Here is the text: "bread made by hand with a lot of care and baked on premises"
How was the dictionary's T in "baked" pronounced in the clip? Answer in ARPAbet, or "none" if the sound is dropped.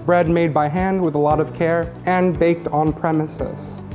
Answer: T